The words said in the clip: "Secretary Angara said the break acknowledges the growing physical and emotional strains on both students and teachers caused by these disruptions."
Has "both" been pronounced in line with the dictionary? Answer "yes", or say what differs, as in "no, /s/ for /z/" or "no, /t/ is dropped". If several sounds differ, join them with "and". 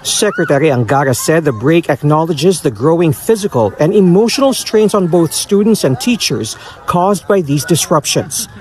yes